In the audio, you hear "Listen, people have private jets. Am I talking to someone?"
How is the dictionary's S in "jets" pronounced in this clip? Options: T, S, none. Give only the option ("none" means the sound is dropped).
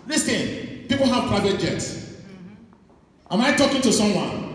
S